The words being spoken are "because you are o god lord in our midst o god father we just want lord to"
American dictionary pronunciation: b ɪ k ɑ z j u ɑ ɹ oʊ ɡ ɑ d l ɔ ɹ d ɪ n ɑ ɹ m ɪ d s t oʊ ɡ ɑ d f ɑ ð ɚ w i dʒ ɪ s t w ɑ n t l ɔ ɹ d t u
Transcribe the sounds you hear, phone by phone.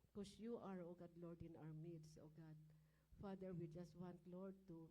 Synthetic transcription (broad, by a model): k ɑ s j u ɑ ɹ oʊ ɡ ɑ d l ɔ ɹ d ɪ n ɑ ɹ m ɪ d s oʊ ɡ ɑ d f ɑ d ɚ w i dʒ ɪ s t w ɑ n t l ɔ ɹ d t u